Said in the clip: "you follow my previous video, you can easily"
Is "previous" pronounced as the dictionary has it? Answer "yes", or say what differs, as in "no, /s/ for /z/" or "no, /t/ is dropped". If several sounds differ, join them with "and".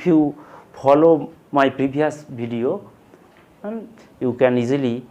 no, /b/ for /v/